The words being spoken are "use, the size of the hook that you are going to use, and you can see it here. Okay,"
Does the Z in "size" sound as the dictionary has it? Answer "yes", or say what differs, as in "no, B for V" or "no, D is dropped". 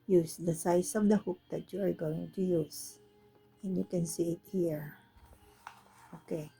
no, S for Z